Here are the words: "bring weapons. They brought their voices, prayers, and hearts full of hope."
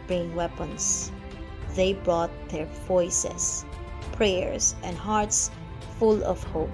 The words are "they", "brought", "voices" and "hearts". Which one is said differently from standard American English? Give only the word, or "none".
voices